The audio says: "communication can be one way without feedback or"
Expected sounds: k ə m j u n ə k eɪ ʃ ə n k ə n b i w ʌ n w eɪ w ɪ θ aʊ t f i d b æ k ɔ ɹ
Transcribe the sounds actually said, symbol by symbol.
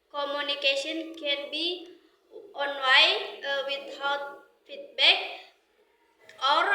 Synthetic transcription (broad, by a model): k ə m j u n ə k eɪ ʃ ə n k ə n b i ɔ n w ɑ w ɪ t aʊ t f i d b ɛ k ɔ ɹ